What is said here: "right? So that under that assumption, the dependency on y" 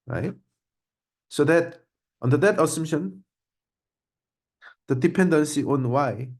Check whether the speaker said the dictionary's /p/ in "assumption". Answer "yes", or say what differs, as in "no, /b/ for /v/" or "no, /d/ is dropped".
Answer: no, /p/ is dropped